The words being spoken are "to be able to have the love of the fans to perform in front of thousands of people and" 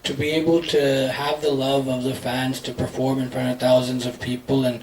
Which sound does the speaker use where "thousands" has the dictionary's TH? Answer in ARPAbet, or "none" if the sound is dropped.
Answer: TH